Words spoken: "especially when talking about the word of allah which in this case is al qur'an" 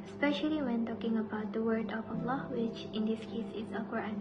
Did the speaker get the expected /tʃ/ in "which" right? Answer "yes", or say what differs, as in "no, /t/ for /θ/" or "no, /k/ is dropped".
yes